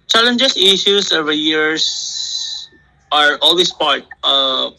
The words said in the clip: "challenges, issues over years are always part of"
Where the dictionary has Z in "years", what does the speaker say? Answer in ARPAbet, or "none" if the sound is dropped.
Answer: S